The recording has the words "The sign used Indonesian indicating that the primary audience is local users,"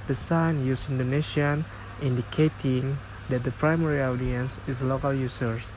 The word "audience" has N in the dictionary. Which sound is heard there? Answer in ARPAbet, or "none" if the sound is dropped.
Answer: N